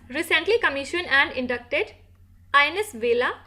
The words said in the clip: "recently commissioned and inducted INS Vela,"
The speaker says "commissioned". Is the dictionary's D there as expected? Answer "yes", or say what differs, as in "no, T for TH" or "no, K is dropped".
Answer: no, D is dropped